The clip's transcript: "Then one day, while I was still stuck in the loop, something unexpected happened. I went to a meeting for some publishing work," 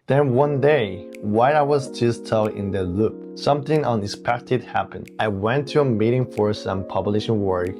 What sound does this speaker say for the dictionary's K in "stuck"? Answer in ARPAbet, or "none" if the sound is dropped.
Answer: none